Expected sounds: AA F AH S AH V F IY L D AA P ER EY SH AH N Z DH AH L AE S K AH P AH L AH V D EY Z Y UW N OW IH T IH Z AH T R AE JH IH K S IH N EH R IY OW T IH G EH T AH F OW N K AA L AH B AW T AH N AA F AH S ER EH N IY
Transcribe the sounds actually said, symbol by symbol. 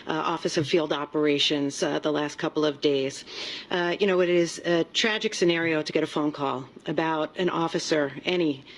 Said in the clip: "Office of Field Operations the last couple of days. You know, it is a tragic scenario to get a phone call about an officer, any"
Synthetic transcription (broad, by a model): AA F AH S AH V F IY L D AA P ER EY SH AH N Z DH AH L AE S K AH P L AH V D EY Z Y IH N OW IH T IH Z AH T R AE JH IH K S IH N EH R IY OW T IH G EH T AH F OW N K AA L AH B AW T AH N AA F AH S ER EH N IY